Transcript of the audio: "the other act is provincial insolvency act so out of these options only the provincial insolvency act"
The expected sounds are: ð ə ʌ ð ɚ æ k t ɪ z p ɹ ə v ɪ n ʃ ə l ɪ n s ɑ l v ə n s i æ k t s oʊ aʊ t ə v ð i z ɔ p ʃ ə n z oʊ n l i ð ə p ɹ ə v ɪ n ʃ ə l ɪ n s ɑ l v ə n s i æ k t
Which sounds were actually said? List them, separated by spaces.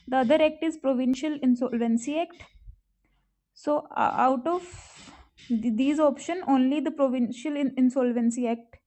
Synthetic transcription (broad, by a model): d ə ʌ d ɚ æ k t ɪ z p ɹ ə v ɪ n ʃ ə l ɪ n s ɑ l v ə n s i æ k t s oʊ aʊ t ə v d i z ɔ p ʃ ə n oʊ n l i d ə p ɹ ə v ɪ n ʃ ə l ɪ n s ɑ l v ə n s i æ k t